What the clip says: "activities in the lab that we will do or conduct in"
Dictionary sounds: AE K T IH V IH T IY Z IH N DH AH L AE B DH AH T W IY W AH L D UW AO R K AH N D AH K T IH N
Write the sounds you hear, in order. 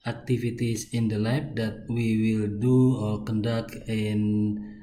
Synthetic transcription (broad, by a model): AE K T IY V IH T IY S IH N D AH L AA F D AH T W IY W AH L D UW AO L K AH N D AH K IH N